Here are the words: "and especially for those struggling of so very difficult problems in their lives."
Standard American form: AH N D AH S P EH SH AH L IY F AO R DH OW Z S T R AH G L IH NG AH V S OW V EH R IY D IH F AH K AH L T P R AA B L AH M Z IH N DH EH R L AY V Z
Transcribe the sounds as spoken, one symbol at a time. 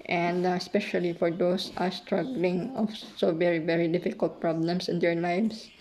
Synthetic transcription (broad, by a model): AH N D S P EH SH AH L IY F AO R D OW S S T R AH G L IH NG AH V S OW V EH R IY D IH F AH K AH L T P R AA B L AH M S IH N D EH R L AY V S